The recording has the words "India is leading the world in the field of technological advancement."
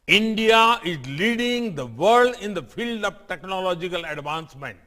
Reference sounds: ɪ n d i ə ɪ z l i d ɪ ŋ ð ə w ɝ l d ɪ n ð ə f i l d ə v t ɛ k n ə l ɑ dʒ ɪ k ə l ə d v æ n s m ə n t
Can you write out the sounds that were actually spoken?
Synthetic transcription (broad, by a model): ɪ n d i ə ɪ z l i d ɪ ŋ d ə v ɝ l d ɪ n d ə f i l d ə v t ɛ k n ə l ɑ dʒ ɪ k ə l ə d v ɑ n s m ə n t